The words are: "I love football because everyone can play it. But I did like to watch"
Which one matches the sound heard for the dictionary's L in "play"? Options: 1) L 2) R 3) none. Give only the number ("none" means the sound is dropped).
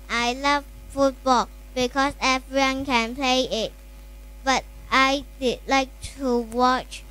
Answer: 1